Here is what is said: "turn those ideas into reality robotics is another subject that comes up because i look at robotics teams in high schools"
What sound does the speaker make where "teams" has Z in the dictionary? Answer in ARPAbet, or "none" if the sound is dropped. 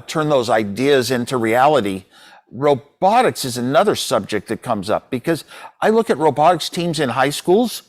Z